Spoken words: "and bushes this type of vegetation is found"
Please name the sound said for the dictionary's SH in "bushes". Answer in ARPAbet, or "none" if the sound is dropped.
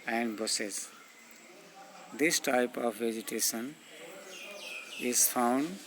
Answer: S